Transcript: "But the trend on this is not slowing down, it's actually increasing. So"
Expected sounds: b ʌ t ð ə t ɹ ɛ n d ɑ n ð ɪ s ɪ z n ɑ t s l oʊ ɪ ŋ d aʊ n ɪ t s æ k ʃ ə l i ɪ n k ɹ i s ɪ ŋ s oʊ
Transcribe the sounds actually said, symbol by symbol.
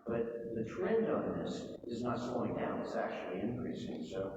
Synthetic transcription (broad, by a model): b ʌ t ð ə t ɹ ɛ n d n ð ɪ s ɪ z n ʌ t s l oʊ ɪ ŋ d aʊ n ɪ t s æ k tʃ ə l i ɪ n k ɹ i s ɪ ŋ s oʊ